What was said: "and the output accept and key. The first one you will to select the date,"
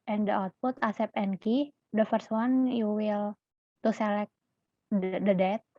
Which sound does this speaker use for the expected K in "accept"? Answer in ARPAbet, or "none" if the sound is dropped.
none